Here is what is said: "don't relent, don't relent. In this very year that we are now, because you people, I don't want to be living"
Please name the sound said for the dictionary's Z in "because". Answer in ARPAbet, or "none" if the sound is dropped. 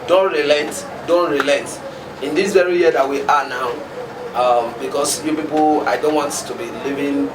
S